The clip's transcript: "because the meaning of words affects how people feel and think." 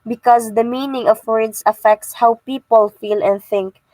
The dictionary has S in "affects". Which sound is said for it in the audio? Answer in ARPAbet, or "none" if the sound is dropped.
S